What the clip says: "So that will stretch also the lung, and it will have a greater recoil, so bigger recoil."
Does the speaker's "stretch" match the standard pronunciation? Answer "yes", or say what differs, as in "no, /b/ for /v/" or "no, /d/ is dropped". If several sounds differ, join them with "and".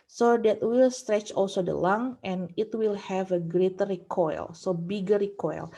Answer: yes